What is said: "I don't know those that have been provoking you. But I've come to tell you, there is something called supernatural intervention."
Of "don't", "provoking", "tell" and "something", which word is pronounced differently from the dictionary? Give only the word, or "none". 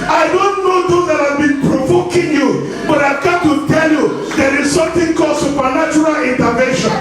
something